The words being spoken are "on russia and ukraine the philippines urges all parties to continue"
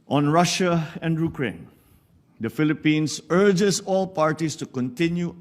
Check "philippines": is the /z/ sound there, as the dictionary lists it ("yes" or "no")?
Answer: no